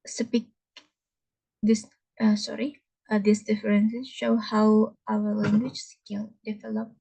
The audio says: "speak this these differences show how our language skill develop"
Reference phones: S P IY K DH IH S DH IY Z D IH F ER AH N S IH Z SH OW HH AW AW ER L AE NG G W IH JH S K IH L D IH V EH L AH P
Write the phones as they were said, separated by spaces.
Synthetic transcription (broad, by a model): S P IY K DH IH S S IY S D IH F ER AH N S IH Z SH OW HH AW AW ER L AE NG G W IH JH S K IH N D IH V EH L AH P